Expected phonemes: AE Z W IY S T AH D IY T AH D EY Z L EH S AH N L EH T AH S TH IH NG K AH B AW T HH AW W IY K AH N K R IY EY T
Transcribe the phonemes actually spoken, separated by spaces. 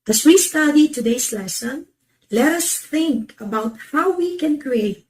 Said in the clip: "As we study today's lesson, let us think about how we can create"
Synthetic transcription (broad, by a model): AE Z W IY S T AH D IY T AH D EY S L EH S AH N L EH T AH S TH IH NG K AH B AW T HH AW W IY K AH N K R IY EY T